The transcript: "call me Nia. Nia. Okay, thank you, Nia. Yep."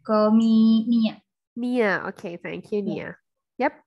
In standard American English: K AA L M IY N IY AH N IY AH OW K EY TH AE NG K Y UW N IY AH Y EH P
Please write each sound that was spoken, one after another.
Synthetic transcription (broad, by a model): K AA M IY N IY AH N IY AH OW K EY F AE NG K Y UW N IY AH Y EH P